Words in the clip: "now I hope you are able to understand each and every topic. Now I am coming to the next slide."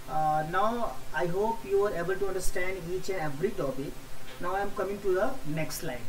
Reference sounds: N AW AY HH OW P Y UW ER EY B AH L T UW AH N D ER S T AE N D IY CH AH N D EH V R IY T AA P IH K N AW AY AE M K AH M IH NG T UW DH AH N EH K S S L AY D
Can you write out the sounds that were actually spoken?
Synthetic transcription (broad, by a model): N AW AY HH OW P Y UW ER EY B AH L T UW AH N D ER S T AE N D IY CH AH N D EH V R IY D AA B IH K N AW AY M K AH M IH NG T UW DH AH N EH K S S L AY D